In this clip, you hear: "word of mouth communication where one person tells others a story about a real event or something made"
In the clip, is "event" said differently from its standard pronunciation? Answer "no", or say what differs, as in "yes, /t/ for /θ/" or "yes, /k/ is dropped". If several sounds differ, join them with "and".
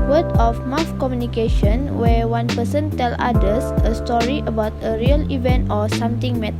no